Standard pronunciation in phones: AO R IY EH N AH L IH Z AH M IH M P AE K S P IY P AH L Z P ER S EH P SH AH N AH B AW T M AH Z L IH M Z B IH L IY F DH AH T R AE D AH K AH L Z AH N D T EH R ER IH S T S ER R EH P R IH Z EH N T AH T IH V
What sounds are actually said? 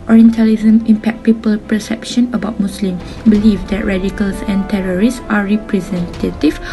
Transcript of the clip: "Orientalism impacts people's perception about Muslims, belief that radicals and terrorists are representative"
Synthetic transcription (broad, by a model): AO R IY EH N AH L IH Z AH M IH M P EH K P IY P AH L P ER S EH P SH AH N AH B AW T M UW S L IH M B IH L IY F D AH T R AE D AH K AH L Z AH N T EH R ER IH S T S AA R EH P R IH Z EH N T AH T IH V